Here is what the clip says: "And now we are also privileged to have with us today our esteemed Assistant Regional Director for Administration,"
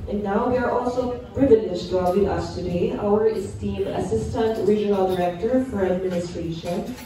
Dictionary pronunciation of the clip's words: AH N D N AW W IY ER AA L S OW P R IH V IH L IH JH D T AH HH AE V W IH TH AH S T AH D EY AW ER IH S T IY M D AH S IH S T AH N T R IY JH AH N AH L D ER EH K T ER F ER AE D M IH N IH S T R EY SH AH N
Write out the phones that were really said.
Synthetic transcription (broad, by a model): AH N N AW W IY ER AA L S OW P R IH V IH N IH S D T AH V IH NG AH S T AH D EY AW ER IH S T IY M AH S IH S T AH N T R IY JH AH N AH L D ER EH K T ER F ER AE D M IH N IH S T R EY SH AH N